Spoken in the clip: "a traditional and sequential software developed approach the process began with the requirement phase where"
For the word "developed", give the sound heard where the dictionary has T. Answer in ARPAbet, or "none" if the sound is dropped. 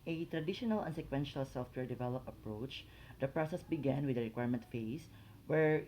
none